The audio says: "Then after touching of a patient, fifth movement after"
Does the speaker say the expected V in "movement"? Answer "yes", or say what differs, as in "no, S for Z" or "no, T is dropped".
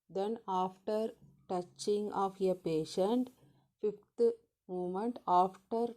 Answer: no, V is dropped